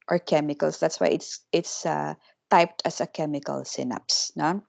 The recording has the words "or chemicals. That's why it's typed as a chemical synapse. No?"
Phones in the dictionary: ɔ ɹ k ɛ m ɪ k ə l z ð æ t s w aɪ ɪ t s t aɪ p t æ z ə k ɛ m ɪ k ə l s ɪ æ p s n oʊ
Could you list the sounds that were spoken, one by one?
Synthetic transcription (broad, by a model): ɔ ɹ k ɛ m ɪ k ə l s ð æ t s w aɪ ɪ t s t aɪ p t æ s ə k ɛ m ɪ k ə l s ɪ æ p s n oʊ